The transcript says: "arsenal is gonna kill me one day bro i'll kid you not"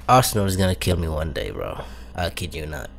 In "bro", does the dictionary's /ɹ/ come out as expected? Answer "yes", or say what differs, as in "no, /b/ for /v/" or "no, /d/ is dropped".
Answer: yes